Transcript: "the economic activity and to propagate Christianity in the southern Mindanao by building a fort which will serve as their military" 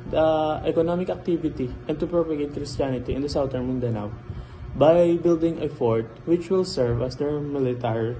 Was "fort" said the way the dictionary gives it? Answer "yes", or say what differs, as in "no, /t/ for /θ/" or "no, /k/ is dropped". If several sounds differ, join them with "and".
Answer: yes